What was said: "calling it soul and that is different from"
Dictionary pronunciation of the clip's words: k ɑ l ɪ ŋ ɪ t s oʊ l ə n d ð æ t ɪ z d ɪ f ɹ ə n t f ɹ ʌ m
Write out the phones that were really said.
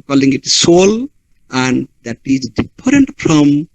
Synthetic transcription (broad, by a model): k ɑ l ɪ ŋ ɪ t s oʊ l ə n d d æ t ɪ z d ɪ p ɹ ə n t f ɹ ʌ m